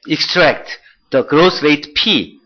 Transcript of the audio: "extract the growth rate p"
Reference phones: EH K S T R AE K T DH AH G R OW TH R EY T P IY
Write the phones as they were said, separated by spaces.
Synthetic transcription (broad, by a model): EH K S T R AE K T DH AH G R OW S R EY T P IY